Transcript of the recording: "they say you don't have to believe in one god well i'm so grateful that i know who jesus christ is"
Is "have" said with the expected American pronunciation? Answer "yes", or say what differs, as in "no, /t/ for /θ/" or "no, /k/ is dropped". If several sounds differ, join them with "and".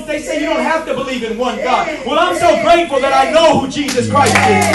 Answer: no, /f/ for /v/